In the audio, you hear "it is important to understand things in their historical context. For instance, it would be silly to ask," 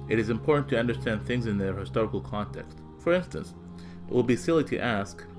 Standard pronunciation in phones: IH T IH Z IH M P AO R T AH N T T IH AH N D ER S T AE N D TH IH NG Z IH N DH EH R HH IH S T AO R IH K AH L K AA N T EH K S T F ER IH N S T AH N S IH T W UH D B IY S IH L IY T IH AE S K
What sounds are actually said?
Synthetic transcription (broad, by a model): IH T IH Z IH M P AO R T N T T IH AH N D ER S T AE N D TH IH NG Z IH N DH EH R HH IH S T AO R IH K L K AA N T EH K S T F ER IH N S T AH N S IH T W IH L B IY S IH L IY T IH AE S K